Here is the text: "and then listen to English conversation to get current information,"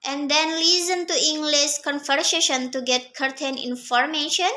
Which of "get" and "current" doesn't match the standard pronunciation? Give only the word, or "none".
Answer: current